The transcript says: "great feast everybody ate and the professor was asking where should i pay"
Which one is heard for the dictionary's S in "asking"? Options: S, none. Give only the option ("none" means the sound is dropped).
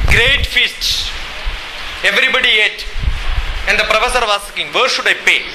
none